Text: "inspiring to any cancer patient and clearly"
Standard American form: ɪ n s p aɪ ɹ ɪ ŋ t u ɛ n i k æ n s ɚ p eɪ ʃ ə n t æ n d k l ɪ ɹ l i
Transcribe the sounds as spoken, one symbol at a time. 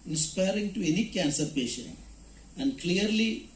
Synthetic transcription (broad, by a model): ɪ n s p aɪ ɹ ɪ ŋ t u ɛ n i k æ n s ɚ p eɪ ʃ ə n æ n d k l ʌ ɹ l i